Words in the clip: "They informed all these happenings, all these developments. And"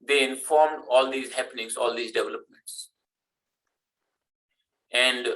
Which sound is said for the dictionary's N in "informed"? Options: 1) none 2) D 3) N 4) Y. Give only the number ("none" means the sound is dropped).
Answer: 3